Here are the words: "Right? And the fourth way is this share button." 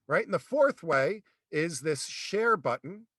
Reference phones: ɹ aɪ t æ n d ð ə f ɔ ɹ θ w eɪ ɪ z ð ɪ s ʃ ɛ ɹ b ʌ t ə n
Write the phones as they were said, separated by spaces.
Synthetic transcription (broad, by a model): ɹ aɪ t n ð ə f ɔ ɹ θ w eɪ ɪ z ð ɪ s ʃ ɛ ɹ b ʌ t n